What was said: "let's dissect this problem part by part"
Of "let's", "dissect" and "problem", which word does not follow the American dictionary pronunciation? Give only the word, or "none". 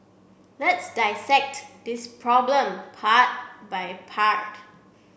none